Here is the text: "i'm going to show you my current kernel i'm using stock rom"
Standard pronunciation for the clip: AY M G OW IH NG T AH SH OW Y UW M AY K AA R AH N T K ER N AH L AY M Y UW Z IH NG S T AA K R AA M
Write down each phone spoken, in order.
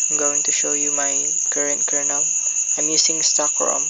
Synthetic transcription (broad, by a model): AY M G OW IH NG T AH SH OW Y UW M AY K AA R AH N T K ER N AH L AY M Y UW S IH NG S T AA K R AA M